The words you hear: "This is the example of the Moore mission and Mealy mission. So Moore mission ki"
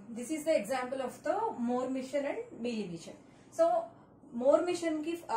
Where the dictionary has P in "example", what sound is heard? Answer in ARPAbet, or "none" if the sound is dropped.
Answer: P